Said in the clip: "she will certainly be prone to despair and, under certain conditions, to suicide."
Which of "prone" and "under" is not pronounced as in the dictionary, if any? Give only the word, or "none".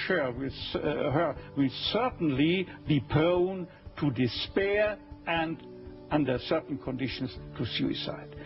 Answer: prone